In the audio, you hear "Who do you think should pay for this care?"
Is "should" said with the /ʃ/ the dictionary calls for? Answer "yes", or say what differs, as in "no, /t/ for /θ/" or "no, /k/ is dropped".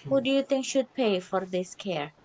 yes